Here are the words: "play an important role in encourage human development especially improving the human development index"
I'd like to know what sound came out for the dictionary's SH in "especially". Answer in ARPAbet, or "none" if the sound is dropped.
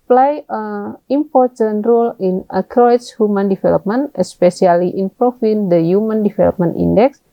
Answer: S